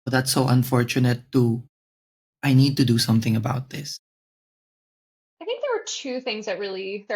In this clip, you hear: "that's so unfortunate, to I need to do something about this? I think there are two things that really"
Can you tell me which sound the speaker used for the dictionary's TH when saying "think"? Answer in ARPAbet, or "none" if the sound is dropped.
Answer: TH